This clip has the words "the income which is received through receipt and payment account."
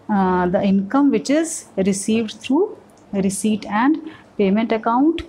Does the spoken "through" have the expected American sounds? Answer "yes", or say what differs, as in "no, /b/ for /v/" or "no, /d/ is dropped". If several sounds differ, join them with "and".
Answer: no, /t/ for /θ/